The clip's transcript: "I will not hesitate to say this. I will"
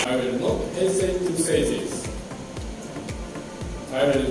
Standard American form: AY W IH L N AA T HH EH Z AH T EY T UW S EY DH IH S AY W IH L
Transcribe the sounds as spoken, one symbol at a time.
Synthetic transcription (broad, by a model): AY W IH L N AA T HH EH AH S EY T UW S EY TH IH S AY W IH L